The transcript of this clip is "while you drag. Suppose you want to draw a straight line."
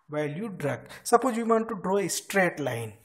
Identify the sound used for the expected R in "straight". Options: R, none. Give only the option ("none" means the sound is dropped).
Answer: R